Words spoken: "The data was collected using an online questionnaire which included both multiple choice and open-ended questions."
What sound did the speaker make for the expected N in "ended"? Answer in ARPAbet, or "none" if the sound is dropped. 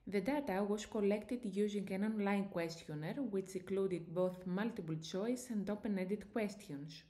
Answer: none